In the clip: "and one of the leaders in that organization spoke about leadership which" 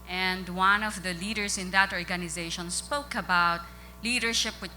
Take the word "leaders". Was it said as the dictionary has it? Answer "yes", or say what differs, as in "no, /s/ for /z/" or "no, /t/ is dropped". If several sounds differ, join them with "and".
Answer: no, /s/ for /z/